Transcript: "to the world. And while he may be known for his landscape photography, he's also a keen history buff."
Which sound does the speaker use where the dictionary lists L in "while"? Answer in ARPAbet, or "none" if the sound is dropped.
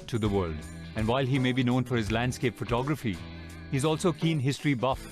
L